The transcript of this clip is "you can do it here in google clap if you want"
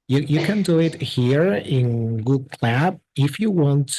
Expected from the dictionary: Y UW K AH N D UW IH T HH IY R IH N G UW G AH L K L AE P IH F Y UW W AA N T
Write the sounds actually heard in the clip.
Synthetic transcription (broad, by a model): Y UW K AH N D UW IH T HH IY R IH N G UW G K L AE B IH F Y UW W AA N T